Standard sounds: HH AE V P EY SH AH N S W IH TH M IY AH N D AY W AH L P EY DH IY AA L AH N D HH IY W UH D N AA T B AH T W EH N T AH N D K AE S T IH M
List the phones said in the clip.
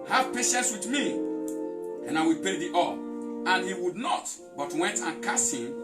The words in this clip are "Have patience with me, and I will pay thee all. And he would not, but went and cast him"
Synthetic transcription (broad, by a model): HH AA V P EY SH AH N S W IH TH M IY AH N AY W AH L P EY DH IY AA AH N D HH IY W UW D N AA T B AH T W EH N T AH N K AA S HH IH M